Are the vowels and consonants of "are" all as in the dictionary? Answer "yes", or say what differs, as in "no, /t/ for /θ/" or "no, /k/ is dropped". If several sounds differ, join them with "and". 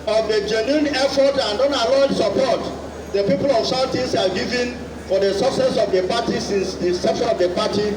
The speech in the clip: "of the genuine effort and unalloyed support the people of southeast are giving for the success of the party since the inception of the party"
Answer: no, /l/ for /ɹ/